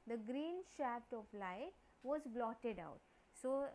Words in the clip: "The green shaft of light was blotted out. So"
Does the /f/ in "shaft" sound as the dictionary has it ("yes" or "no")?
no